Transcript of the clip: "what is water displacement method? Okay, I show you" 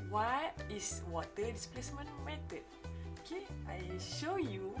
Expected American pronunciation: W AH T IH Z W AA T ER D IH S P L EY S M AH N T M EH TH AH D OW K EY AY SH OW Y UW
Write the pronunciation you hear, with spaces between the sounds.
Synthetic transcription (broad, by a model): W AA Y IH S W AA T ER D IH S P L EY S M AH N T M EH T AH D OW K EY AY SH OW Y UW